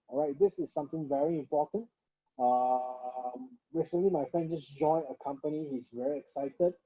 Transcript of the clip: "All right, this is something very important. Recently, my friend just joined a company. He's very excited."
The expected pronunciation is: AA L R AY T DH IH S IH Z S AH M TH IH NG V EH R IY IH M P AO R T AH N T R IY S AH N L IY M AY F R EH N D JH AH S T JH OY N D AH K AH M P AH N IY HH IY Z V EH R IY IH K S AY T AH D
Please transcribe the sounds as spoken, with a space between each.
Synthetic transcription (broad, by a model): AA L R AY T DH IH S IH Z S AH M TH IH NG V EH R IY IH M P AO T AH N T R IY S AH N L IY M AY F R EH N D JH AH S JH OY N AH K AH M P AH N IY HH IY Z V EH R IY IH K S AY T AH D